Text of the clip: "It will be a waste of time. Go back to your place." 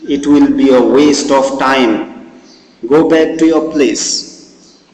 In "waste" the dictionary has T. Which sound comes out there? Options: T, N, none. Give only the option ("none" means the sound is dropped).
T